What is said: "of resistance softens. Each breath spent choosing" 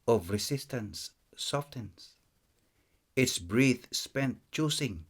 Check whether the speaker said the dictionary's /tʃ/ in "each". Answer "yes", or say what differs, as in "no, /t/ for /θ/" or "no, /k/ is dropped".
no, /s/ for /tʃ/